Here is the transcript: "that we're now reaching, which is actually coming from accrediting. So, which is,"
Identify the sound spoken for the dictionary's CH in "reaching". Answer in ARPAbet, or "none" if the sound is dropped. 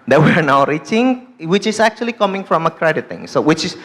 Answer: CH